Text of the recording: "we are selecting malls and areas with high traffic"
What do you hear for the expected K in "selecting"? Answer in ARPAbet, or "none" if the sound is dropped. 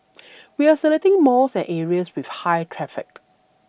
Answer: none